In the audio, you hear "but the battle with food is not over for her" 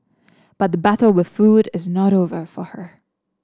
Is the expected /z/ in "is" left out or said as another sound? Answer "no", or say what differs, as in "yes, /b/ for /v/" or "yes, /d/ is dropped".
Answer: no